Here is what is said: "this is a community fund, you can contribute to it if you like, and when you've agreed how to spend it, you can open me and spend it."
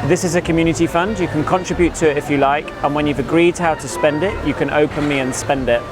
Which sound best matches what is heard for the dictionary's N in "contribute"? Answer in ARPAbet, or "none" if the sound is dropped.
N